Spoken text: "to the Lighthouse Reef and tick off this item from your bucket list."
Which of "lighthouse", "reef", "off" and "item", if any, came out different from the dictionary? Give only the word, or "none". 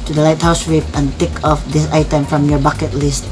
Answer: reef